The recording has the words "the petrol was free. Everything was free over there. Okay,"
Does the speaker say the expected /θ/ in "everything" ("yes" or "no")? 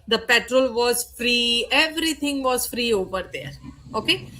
no